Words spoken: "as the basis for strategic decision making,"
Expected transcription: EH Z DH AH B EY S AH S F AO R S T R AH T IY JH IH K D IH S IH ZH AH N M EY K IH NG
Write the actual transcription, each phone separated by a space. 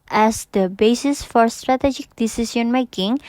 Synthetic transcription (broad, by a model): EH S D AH B EY S AH S F AO R S T R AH T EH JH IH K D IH S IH S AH N M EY K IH NG